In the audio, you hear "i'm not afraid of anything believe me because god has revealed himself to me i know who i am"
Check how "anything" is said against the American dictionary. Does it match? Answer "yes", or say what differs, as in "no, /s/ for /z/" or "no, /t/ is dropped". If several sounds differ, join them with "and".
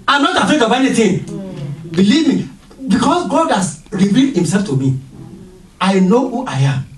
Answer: no, /t/ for /θ/